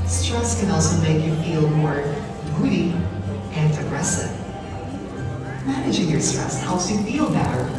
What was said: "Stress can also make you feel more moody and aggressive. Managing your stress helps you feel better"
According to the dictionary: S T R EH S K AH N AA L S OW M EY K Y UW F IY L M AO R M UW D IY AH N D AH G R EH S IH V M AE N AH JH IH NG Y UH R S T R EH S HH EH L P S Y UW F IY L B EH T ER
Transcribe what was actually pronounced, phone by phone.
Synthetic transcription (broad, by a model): S T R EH S K AH N AA L S OW M EY K Y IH F IY L M AO R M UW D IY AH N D AH G R EH S IH V M AE N AH JH IH NG Y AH R S T R EH S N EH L S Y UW F IY L B EH T ER